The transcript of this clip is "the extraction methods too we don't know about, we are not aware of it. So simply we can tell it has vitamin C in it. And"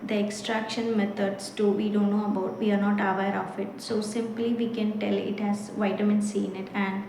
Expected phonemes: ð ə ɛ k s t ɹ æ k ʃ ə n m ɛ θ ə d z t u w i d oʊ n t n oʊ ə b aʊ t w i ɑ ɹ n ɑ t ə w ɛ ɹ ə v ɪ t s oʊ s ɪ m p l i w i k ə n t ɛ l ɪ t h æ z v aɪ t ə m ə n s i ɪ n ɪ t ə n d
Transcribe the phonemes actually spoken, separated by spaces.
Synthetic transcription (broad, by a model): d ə ɛ k s t ɹ æ k ʃ ə n m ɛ t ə d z t u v i d oʊ n t n oʊ ə b aʊ t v i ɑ ɹ n ɑ t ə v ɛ ɹ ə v ɪ t s oʊ s ɪ m p l i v i k ə n t ɛ l ɪ t h æ z v aɪ t ə m ə n s i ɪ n ɪ t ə n d